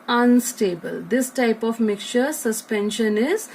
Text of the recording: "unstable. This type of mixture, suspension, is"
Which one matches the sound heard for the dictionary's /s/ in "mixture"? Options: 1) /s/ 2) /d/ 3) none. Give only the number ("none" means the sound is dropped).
3